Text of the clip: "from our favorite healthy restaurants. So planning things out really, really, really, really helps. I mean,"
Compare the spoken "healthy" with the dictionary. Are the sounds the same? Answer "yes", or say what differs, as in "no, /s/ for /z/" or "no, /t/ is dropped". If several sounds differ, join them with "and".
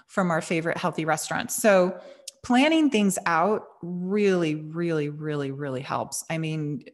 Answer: yes